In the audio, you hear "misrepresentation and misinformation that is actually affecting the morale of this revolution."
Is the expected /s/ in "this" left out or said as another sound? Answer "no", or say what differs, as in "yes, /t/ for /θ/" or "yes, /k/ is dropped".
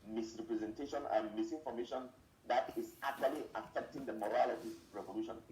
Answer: yes, /s/ is dropped